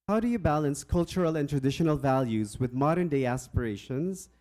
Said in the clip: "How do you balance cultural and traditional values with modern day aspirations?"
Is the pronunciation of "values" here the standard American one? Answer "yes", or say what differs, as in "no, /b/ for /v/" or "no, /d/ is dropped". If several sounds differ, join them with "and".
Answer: yes